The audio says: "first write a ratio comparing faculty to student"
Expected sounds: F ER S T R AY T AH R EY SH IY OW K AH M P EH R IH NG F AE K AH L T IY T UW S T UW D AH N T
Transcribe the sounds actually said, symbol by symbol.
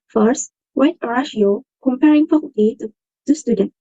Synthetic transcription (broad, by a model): F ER S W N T AH R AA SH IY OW K AH M P EH R IH NG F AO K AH T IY T UW S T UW D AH N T